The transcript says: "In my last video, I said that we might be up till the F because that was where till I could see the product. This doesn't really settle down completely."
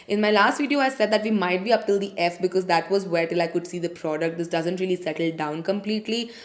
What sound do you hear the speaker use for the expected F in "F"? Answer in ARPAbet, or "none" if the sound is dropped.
F